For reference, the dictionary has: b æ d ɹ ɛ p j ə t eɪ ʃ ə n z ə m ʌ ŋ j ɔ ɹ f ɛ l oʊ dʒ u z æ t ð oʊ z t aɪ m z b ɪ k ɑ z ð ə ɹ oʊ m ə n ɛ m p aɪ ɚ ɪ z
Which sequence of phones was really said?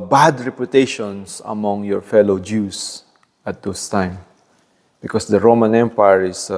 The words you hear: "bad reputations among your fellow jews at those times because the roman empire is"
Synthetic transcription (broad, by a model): b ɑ d ɹ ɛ p j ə t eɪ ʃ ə n s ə m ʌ ŋ j ɔ ɹ f ɛ l oʊ dʒ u s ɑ t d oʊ s t aɪ m b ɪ k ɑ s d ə ɹ oʊ m ə n ɛ m p aɪ ɚ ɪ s